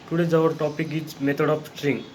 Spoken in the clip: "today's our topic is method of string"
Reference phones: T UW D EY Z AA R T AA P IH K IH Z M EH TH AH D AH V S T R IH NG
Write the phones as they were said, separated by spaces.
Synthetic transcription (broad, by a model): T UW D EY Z AA R T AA P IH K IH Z M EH T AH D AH P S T R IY NG